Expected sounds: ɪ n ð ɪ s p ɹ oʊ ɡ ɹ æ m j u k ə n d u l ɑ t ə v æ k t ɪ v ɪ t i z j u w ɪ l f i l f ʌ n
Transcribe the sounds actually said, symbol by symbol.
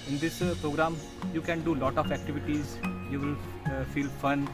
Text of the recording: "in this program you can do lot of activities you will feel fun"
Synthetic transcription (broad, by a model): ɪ n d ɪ s p ɹ oʊ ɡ ɹ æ m j u k ə n d u l ɑ t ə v æ k t ɪ v ɪ t i z j u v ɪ l f i l f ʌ n